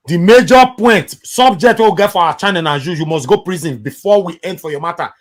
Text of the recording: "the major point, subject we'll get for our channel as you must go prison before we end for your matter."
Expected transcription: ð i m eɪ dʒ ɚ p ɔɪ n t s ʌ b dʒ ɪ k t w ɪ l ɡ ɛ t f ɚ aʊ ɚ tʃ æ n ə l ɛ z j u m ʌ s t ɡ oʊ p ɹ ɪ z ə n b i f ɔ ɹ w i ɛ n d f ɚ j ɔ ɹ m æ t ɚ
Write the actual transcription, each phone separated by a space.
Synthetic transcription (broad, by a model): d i m eɪ dʒ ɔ p ɔɪ n t s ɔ b dʒ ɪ k t w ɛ w ɡ ɛ t f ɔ aʊ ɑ tʃ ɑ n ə n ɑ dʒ j u m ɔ s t ɡ oʊ p ɹ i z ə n b i f ɔ w i ɛ n d f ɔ j ɔ m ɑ t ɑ